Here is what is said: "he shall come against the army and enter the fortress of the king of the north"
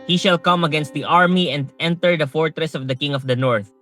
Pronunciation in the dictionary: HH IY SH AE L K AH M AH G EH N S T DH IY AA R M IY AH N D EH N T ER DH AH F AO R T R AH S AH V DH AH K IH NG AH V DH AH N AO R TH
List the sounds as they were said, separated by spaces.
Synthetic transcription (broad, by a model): HH IY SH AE L K AH M AH G EH N S T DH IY AA R M IY AH N D EH N T ER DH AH F AO R T R AH S AH V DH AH K IH NG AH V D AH N AO R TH